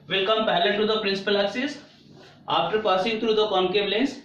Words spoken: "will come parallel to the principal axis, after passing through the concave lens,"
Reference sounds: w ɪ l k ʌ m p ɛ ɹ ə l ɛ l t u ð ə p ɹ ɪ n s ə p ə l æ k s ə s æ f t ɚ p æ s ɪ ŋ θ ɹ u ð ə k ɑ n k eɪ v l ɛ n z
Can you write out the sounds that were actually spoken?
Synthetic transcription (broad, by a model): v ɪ l k ʌ m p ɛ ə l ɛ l t u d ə p ɹ ɪ n s ə p ə l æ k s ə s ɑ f t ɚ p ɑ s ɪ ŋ t ɹ u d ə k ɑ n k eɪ b l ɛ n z